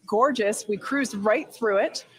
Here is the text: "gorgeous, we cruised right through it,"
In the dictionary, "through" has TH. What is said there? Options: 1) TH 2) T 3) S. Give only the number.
1